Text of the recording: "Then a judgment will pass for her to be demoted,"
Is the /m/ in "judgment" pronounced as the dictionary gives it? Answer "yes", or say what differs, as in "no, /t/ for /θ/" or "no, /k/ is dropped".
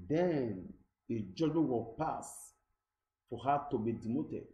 no, /m/ is dropped